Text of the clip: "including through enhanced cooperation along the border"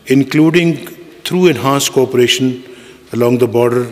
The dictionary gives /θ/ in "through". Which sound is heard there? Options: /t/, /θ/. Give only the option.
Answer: /t/